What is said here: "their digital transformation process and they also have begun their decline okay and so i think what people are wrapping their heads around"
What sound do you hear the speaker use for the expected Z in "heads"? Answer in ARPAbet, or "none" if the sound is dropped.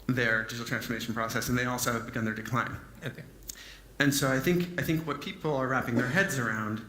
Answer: Z